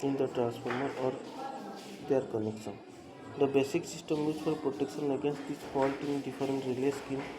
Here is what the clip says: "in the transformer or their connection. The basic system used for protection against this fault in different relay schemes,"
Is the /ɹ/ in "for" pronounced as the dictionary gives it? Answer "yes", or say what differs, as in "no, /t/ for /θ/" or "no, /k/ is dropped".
no, /l/ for /ɹ/